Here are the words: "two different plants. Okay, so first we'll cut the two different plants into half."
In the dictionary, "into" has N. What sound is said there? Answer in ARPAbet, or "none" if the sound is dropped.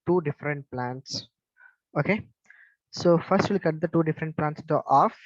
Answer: none